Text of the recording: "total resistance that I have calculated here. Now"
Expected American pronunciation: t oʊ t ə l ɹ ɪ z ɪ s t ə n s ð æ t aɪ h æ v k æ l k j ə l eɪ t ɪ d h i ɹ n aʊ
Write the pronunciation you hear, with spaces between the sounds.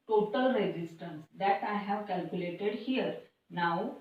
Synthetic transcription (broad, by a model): t oʊ t ə l ɹ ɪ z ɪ s t ə n s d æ t aɪ h æ v k æ l k j ə l eɪ t ɪ d h i ɹ n aʊ